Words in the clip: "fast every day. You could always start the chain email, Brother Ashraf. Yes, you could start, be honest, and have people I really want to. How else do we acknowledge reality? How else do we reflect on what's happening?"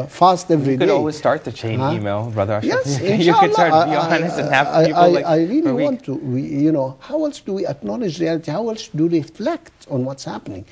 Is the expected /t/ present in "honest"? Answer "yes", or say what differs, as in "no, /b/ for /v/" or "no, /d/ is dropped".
no, /t/ is dropped